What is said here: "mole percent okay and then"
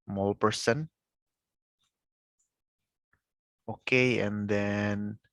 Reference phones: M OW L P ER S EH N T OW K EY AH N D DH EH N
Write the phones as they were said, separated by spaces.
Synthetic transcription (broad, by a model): M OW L P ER S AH N OW K EY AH N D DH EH N